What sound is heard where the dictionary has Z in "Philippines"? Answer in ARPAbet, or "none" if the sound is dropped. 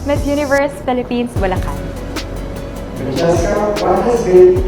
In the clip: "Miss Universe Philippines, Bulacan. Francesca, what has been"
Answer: S